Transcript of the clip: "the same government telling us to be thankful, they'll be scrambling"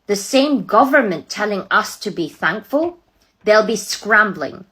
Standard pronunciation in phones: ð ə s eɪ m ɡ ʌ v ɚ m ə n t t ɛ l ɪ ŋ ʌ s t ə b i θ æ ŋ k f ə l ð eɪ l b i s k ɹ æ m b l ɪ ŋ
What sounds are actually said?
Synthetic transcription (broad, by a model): ð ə s eɪ m ɡ ʌ v ɚ m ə n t t ɛ l ɪ ŋ ʌ s t ə b i θ æ ŋ k f ə l ð eɪ l b i s k ɹ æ m b l ɪ ŋ